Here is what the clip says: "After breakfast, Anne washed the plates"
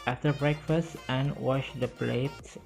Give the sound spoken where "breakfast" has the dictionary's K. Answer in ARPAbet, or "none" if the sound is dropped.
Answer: K